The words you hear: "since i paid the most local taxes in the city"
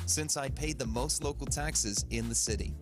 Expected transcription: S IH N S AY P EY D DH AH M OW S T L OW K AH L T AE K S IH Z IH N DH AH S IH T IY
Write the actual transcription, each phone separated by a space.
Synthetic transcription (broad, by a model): S IH N S AY P EY D DH AH M OW S T L OW K L T AE K S IH Z IH N DH AH S IH T IY